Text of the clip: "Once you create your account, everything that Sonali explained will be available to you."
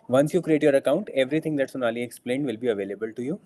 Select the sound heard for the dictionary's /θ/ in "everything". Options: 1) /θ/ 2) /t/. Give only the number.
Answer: 2